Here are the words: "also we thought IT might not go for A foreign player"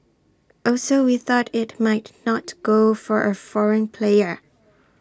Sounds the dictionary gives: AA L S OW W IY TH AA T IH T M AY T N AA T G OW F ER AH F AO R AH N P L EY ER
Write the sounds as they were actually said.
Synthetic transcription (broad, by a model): AA L S OW W IY TH AA T IH T M AY T N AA T G OW F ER AH F AO R AH N P L EY ER